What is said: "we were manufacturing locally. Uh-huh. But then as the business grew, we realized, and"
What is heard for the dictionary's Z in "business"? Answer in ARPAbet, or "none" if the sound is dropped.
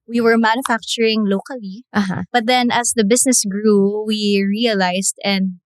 S